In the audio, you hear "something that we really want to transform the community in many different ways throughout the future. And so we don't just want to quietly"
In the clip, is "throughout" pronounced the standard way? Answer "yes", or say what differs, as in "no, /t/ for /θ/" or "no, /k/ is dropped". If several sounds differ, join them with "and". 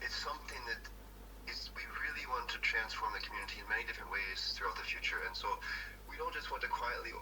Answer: yes